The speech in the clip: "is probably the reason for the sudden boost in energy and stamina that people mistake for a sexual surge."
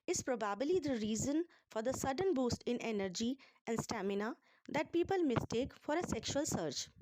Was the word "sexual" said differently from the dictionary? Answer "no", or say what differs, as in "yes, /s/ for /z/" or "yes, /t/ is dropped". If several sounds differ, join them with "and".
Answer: no